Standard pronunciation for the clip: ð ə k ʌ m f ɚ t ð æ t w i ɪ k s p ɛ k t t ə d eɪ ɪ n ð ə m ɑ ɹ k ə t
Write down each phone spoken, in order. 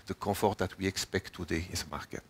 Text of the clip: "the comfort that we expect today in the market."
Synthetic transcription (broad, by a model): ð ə k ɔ f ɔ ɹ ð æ t w i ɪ k s p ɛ k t t ə d eɪ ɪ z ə m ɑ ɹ k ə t